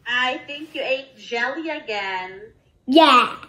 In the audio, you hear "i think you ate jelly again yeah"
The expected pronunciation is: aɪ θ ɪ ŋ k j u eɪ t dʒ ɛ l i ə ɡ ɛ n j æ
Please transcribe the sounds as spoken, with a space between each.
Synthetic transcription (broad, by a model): aɪ θ ɪ ŋ k j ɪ eɪ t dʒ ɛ l i ə ɡ ɛ n j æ